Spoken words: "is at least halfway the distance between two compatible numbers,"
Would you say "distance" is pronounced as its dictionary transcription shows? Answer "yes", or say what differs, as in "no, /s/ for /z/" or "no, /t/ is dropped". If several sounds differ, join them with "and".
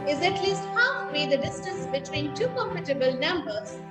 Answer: yes